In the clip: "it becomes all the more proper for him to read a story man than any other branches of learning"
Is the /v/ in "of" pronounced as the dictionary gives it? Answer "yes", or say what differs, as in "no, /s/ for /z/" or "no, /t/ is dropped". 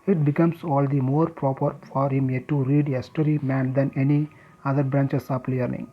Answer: no, /p/ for /v/